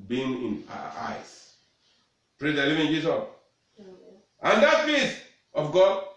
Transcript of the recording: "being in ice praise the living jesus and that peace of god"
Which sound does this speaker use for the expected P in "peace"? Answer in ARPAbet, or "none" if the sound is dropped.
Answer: F